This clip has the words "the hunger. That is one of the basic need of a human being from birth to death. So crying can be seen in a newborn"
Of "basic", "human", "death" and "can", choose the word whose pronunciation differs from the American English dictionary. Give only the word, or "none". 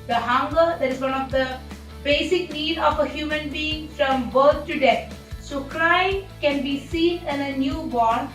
death